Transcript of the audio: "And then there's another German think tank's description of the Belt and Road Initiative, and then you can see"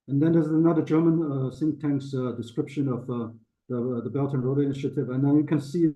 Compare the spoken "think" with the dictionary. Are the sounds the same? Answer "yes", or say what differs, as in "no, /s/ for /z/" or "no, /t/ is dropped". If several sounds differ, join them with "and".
no, /s/ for /θ/